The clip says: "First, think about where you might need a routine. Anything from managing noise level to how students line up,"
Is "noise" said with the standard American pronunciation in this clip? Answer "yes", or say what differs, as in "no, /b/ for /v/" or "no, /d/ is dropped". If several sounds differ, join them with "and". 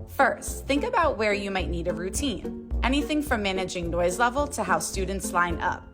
yes